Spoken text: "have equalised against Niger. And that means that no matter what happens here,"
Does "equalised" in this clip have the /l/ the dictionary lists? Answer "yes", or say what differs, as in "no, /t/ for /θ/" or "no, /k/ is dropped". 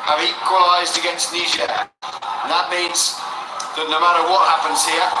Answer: yes